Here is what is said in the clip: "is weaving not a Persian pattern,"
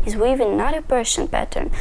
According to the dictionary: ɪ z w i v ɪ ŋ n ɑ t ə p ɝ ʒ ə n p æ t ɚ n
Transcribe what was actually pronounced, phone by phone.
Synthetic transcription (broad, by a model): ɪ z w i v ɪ n ɑ t ə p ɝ ʃ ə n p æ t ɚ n